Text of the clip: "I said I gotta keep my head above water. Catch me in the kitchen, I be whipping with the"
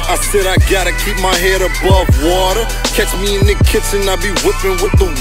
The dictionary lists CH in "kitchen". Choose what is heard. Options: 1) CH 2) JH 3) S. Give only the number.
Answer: 3